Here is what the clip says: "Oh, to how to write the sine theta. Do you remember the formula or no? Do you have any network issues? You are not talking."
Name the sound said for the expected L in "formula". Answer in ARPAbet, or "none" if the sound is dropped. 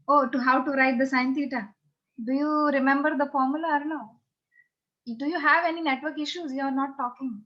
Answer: L